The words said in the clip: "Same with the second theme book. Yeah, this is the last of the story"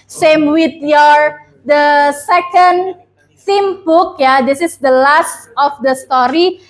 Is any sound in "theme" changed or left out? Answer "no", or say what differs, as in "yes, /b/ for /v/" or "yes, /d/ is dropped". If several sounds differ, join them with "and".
yes, /s/ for /θ/